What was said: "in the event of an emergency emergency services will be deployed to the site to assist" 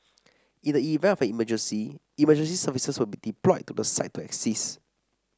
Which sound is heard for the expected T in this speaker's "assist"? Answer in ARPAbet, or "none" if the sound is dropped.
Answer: none